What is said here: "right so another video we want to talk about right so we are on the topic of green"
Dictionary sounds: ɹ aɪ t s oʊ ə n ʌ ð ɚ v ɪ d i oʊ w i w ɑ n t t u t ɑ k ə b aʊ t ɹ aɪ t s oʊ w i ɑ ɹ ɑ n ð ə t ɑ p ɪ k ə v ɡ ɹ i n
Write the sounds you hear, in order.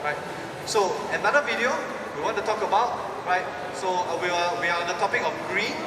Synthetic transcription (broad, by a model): ɹ aɪ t s oʊ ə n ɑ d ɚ v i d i oʊ w i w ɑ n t t u t ɑ k ə b aʊ t ɹ aɪ t s oʊ w i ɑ w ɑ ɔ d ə t ɑ p ɪ k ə f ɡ ɹ i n